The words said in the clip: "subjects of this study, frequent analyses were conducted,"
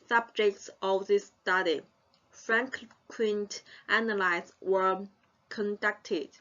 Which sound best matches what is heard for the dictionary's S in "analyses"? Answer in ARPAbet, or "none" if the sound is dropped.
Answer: none